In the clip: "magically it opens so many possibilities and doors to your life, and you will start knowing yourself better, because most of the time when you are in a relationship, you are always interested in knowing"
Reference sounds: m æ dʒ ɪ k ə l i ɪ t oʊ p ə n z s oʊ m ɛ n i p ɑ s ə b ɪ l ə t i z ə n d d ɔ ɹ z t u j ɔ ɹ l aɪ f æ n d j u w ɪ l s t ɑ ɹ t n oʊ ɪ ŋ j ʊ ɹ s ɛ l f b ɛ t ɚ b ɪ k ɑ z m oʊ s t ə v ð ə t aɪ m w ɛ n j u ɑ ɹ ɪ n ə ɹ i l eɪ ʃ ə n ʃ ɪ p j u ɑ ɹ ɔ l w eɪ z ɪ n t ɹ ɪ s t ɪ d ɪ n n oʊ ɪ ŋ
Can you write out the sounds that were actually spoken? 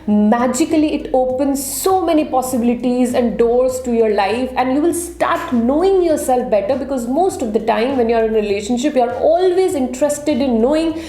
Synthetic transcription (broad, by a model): m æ dʒ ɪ k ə l i ɪ t oʊ p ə n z s oʊ m ɛ n i p ɑ s ə b ɪ l ə t i z ə n d d ɔ ɹ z t u j ɔ ɹ l aɪ f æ n d j u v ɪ l s t ɑ ɹ t n oʊ ɪ ŋ j ʊ ɹ s ɛ l f b ɛ t ɚ b ɪ k ɑ z m oʊ s t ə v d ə t aɪ m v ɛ n j u ɑ ɹ ɪ n ɹ i l eɪ ʃ ə n ʃ ɪ p j u ɑ ɹ ɔ l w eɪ z ɪ n t ɹ ɪ s t ɪ d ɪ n n oʊ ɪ ŋ